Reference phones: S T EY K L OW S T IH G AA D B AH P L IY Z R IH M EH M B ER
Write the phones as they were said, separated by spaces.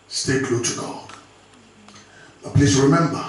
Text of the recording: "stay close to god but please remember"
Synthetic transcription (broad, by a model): S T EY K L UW T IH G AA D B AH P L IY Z R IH M EH M B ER